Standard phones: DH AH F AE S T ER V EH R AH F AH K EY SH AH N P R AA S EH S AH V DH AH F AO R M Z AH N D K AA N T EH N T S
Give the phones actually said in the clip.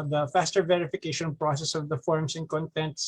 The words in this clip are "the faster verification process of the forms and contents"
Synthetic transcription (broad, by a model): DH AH F AE S T ER V EH R AH F AH K EY SH AH N P R AA S EH S AH V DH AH F AO R M S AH N K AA N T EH N T S